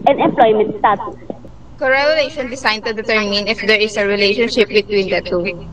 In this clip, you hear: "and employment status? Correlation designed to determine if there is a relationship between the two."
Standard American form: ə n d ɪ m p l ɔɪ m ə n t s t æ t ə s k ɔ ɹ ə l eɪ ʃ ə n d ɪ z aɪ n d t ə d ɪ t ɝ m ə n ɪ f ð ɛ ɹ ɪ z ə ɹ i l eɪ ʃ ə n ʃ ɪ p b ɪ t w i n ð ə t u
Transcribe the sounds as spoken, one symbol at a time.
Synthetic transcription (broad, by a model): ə n ɪ m p l ɔɪ m ə n t s t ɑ t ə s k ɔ ɹ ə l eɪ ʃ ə n d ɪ s aɪ n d t ə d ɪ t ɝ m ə n ɪ f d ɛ ɹ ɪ s ə ɹ i l eɪ ʃ ə n ʃ ɪ p b ɪ t w i n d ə t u